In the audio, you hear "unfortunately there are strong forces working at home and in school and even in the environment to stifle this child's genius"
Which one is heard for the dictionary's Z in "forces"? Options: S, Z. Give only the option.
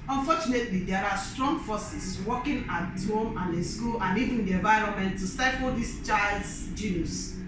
S